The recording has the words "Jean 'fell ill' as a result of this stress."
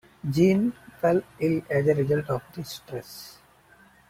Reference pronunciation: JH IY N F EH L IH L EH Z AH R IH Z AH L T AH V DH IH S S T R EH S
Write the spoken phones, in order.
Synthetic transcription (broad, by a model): JH IY N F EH L IH L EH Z AH R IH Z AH L T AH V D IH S S T R EH S